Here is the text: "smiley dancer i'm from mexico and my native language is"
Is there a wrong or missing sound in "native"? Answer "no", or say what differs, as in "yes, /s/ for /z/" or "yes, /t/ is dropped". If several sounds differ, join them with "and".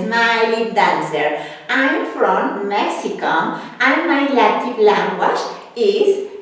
yes, /l/ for /n/